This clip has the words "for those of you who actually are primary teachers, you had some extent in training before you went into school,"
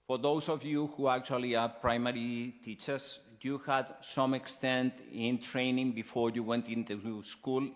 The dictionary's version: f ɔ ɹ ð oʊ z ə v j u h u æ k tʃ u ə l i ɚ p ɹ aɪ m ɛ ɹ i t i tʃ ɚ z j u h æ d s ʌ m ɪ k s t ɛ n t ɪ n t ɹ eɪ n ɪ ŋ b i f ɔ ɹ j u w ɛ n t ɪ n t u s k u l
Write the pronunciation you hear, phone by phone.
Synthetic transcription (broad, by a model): f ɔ ɹ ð oʊ s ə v j u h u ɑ k tʃ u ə l i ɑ p ɹ aɪ m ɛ ɹ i t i tʃ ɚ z j u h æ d s ʌ m ɪ k s t ɛ n t ɪ n t ɹ eɪ n ɪ ŋ b i f ɔ ɹ j u w ɛ n t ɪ n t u s k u l